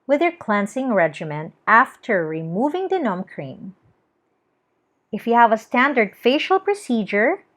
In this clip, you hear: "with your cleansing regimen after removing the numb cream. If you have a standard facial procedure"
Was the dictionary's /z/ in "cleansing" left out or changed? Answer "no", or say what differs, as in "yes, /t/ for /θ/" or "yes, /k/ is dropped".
yes, /s/ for /z/